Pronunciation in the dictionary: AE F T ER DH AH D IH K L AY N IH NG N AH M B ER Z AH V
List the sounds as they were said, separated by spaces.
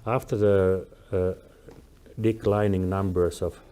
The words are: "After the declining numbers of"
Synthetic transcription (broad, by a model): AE F T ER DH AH D IH K L AY N IH NG N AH M B ER S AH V